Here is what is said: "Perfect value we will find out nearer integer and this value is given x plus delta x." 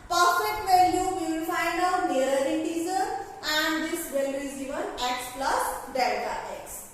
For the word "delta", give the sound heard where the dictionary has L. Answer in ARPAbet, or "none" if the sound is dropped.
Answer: none